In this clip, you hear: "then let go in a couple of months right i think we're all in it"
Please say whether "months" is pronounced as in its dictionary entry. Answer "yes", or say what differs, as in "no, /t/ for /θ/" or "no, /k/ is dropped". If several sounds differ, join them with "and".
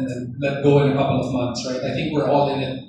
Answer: yes